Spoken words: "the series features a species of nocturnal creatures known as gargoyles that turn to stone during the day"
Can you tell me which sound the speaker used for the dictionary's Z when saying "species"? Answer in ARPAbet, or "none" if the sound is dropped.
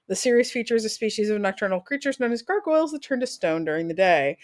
Z